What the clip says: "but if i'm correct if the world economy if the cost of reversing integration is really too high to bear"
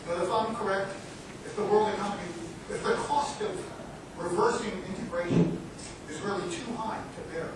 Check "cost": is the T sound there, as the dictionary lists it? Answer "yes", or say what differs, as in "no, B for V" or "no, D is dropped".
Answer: yes